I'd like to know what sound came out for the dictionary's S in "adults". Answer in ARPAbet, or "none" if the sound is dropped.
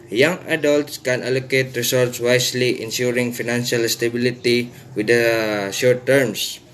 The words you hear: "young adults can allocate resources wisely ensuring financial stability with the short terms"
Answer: S